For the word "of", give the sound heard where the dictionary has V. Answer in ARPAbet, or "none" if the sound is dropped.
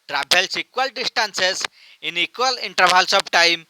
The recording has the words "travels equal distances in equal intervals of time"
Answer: B